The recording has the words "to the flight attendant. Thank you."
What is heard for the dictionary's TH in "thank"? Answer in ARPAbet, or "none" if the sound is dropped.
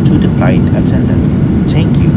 T